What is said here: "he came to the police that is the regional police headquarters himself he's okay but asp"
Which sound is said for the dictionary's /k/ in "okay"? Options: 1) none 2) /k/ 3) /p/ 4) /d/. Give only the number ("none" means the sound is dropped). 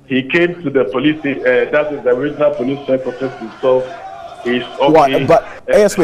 1